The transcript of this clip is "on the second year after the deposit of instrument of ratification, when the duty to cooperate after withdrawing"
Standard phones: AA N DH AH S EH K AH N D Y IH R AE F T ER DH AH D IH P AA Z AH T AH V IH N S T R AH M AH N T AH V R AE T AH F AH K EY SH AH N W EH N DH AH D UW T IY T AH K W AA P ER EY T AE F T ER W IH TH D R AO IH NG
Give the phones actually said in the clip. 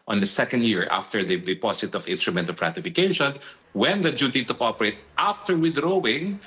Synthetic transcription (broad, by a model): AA N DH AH S EH K AH N D Y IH R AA F T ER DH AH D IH P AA S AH T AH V IH N S T R AH M AH N T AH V R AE T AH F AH K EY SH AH N W EH N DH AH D UW T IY T AH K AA P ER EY T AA F T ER W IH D R AO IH NG